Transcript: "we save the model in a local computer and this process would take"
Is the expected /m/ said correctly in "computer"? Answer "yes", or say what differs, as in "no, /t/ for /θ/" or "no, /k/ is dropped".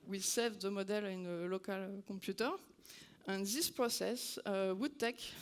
no, /m/ is dropped